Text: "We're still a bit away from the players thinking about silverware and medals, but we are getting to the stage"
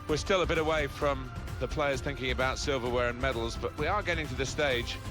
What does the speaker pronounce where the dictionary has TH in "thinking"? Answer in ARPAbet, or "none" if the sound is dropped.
TH